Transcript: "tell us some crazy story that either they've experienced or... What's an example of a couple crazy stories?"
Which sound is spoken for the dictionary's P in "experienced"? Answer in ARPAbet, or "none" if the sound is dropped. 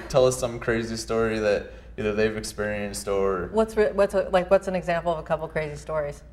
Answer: P